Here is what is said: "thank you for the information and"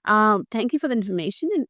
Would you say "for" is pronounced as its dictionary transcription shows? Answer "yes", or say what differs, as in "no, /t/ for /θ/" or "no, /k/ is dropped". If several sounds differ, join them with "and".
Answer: yes